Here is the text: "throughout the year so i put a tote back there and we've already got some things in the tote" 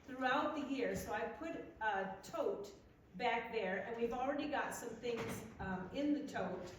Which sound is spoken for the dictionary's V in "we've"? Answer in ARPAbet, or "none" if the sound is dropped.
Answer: V